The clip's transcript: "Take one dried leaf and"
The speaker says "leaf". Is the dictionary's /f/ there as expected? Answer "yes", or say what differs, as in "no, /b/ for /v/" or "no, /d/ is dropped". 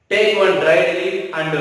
no, /f/ is dropped